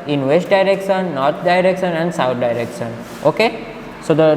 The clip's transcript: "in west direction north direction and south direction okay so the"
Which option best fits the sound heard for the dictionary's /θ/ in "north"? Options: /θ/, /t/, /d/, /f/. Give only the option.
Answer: /t/